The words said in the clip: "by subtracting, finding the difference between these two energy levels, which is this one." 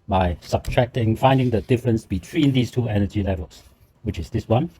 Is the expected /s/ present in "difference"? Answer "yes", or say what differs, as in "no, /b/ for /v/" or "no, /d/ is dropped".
yes